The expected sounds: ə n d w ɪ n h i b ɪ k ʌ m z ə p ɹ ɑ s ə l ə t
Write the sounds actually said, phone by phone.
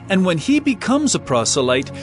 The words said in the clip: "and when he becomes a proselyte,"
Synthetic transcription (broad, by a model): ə n w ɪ n i b ɪ k ʌ m z ə p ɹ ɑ s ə l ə t